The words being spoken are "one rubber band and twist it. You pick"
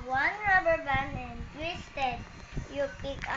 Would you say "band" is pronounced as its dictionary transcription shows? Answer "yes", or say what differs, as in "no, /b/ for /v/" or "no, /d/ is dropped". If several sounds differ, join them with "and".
no, /d/ is dropped